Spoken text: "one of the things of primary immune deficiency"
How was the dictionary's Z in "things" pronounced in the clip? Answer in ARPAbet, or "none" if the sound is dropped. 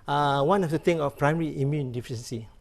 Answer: none